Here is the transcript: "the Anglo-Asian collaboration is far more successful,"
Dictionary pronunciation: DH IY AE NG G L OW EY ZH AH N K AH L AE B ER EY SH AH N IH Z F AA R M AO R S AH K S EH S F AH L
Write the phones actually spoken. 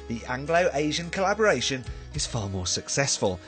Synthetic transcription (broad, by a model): DH IY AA NG G L OW EY ZH AH N K AH L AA B ER EY SH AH N IH Z F AA M AO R S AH K S EH S F AH L